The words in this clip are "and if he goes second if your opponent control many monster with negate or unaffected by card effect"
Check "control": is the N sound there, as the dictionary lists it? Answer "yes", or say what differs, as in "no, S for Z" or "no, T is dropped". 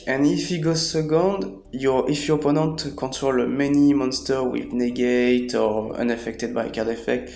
no, N is dropped